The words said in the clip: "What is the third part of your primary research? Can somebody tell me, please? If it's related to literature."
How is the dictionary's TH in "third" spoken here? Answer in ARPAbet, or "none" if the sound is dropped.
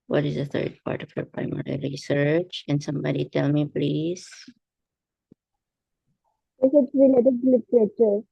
T